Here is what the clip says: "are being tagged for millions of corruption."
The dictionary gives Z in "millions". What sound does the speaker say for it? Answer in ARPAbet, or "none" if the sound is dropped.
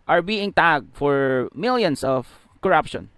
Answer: S